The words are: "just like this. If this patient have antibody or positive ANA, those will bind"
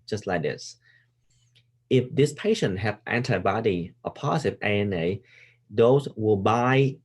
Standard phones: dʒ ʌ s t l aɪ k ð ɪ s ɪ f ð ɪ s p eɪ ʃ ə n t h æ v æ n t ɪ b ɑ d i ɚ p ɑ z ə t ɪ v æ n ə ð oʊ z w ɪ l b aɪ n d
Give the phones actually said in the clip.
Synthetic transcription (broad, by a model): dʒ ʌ s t l aɪ k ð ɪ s ɪ f ð ɪ s p eɪ ʃ ə n t h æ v æ n t ɪ b ɑ d i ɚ p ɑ s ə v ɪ ɛ n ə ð oʊ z w ɪ l b aɪ